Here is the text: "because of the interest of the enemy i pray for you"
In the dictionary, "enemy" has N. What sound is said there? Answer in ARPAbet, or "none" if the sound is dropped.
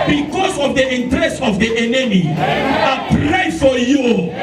N